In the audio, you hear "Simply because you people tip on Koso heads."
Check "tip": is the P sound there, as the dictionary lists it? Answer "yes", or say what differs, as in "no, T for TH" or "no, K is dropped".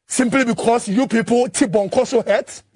no, B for P